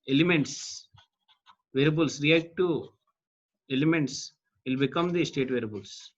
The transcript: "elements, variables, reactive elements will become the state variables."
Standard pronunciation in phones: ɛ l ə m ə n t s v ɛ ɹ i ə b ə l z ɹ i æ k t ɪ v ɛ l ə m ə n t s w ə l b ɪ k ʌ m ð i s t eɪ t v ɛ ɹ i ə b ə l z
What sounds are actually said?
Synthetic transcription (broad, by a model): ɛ l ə m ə n t s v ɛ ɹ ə b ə l s ɹ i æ k t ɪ ɛ l ə m ə n t s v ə l b ɪ k ʌ m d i s t eɪ t v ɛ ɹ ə b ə l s